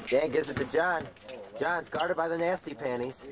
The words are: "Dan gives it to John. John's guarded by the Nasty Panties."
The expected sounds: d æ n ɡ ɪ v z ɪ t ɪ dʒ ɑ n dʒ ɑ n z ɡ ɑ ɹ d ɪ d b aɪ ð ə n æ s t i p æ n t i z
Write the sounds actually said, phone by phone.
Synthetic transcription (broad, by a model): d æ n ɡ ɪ z ɪ t ɪ dʒ ɑ n dʒ ɑ n z ɡ ɑ ɹ d ɪ d b aɪ ð ə n æ s t i p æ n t i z